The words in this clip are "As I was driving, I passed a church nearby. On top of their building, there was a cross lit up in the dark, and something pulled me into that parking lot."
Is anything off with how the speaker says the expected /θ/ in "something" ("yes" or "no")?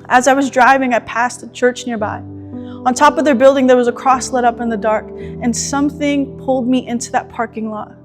no